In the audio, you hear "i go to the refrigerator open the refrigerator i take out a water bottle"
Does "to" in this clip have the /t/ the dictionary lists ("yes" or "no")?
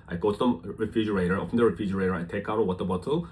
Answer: no